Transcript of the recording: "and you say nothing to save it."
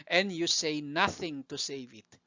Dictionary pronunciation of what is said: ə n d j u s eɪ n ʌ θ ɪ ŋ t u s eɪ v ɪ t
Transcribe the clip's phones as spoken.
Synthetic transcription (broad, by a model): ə n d j u s eɪ n ʌ θ ɪ ŋ t u s eɪ v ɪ t